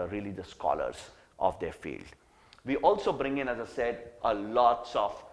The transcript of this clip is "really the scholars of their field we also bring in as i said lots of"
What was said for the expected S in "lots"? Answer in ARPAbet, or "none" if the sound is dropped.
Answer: S